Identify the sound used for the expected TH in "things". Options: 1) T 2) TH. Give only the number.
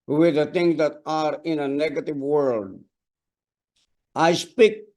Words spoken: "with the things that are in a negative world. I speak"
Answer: 1